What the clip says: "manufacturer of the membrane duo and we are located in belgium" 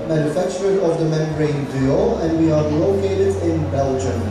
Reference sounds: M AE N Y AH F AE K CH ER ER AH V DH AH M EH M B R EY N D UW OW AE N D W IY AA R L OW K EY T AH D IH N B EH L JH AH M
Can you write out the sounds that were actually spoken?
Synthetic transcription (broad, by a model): M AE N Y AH F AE K CH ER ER AH V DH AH M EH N R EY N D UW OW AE N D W IY AA R L OW K EY T AH D IH N B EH L JH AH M